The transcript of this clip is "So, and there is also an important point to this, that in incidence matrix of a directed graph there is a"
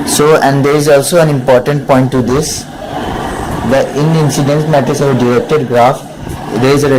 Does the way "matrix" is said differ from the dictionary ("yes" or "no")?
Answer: yes